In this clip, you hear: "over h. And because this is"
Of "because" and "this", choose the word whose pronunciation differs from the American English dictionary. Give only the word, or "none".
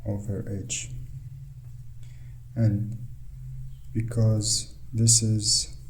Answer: none